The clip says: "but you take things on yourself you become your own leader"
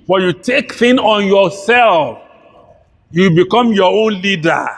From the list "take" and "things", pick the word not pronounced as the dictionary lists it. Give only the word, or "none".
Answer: things